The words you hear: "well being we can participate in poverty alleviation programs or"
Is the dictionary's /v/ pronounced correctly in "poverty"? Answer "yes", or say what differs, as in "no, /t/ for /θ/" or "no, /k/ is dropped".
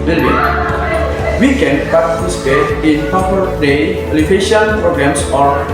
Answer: no, /p/ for /v/